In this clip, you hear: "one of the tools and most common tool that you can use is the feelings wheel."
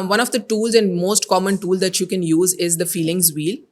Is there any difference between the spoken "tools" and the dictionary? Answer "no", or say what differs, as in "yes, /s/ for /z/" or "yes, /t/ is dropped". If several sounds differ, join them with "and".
no